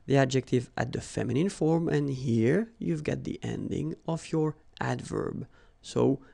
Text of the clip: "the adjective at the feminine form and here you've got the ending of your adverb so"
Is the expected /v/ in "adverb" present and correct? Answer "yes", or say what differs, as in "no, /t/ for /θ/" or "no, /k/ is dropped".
yes